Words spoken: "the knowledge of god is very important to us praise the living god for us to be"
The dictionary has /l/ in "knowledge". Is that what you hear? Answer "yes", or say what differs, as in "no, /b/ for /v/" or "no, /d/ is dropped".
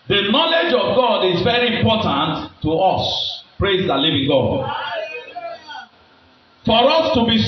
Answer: yes